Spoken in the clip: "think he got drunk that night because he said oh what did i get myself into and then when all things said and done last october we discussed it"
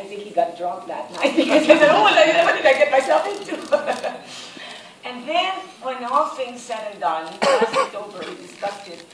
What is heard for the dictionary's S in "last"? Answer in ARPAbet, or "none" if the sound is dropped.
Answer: none